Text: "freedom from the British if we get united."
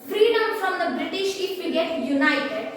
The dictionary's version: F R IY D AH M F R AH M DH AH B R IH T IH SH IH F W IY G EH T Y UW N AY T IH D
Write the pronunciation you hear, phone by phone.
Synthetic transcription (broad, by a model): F R IY D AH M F R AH M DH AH B R IH T IH SH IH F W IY G EH T Y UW N AY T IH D